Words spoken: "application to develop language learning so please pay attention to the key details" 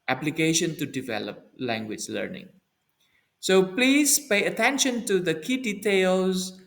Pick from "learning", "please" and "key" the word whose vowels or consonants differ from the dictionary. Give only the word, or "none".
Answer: none